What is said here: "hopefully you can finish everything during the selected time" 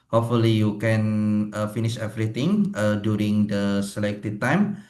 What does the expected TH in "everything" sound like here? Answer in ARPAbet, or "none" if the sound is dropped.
T